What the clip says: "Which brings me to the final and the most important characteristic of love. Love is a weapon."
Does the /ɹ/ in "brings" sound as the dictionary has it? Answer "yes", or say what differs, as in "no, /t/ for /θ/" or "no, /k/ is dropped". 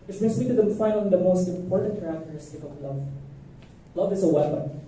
no, /ɹ/ is dropped